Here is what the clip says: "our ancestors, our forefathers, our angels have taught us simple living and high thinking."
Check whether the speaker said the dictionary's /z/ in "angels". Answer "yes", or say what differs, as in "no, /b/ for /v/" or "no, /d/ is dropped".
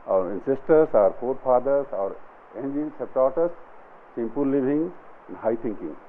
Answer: no, /s/ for /z/